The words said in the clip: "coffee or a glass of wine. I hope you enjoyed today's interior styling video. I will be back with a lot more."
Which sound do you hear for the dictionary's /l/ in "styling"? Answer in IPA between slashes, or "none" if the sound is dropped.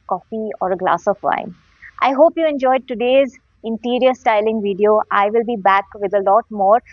/l/